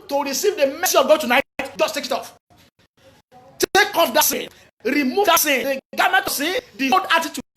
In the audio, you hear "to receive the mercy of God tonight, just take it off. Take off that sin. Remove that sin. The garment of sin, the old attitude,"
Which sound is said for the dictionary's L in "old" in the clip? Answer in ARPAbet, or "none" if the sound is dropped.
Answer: none